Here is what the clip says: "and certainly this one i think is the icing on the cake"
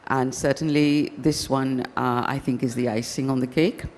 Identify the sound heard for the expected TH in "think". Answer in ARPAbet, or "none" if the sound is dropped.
TH